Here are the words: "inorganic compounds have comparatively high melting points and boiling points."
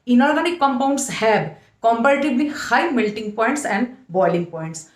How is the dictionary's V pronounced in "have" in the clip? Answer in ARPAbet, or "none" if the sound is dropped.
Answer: B